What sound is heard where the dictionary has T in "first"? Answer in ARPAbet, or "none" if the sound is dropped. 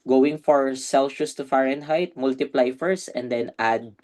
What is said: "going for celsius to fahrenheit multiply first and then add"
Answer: none